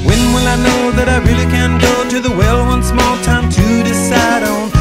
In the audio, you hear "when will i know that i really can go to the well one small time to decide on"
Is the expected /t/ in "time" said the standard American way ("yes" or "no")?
yes